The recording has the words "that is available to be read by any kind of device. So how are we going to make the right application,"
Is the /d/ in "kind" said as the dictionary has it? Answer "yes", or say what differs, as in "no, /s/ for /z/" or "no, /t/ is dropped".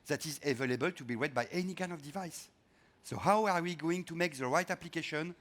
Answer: no, /d/ is dropped